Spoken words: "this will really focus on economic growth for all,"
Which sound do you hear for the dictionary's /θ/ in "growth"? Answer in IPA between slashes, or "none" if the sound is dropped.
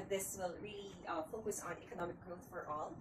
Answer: /θ/